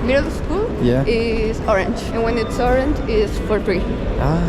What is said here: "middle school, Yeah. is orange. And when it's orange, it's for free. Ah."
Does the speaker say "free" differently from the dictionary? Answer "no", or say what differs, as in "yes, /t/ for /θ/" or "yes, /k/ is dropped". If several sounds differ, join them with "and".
yes, /p/ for /f/